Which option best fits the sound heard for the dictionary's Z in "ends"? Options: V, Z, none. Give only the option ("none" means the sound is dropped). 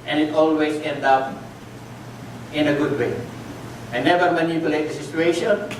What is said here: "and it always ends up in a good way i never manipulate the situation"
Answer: none